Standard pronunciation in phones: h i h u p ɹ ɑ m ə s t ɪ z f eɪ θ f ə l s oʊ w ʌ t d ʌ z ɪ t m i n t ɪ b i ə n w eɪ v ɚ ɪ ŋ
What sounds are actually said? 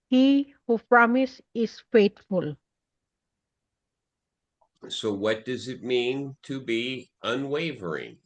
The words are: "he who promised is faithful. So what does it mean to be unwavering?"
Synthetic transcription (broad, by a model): h i h u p ɹ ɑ m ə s ɪ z f eɪ t f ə l s oʊ w ʌ t d ʌ z ɪ t m i n t ɪ b i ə n w eɪ v ɚ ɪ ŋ